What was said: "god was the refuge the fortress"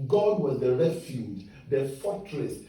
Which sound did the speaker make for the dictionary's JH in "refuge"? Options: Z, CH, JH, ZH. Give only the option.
JH